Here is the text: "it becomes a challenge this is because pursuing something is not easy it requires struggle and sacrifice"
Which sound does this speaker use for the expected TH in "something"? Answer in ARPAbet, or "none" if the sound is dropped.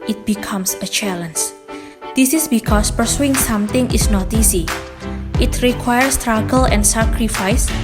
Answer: T